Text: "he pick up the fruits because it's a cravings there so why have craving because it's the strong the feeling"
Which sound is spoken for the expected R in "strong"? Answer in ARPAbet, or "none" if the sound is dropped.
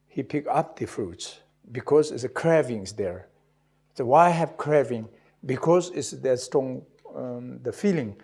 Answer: none